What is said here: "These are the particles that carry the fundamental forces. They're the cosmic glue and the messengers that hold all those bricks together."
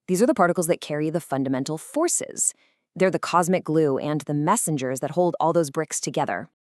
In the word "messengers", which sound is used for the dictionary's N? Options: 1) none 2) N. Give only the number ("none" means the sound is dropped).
2